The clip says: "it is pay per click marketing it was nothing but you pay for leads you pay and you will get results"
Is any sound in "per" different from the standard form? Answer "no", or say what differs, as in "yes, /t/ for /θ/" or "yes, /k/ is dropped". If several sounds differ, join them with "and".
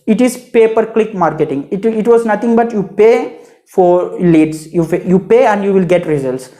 no